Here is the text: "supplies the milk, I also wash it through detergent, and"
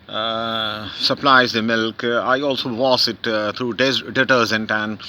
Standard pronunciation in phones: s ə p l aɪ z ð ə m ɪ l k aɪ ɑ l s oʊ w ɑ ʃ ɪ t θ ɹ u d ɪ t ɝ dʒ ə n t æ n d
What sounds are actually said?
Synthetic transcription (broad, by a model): s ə p l aɪ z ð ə m ɪ l k aɪ ɑ l s oʊ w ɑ s ɪ t t ɹ u d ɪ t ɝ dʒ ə n t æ n d